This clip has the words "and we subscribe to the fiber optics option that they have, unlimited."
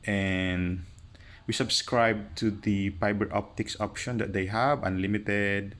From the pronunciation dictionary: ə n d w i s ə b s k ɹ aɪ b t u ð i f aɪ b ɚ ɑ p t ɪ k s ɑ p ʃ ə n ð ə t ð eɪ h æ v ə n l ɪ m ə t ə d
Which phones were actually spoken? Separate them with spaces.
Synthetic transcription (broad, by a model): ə n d w i s ə b s k ɹ aɪ b t u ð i p aɪ b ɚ ɑ p t ɪ k s ɑ p ʃ ə n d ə t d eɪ h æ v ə n l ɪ m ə t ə d